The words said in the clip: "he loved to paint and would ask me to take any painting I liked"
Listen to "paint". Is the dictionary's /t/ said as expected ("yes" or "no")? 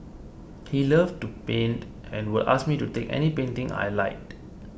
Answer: yes